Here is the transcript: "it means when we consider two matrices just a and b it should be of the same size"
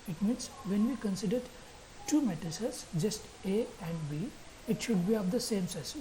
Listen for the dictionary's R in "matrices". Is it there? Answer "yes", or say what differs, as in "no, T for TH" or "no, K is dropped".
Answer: no, R is dropped